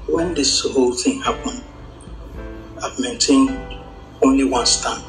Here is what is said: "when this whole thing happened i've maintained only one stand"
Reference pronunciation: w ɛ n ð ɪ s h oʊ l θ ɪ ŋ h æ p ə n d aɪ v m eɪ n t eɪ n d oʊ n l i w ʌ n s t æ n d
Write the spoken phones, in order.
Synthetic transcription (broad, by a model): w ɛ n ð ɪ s h oʊ l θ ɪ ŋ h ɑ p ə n aɪ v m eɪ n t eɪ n oʊ n l i w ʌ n s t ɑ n